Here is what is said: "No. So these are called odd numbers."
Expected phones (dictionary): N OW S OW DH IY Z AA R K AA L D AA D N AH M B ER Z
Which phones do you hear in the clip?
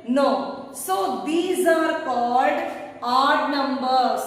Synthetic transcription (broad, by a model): N OW S OW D IY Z AA R K AA L D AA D N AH M B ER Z